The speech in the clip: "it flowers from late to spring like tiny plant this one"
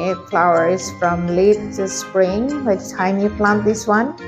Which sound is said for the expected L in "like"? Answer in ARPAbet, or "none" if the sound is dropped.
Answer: W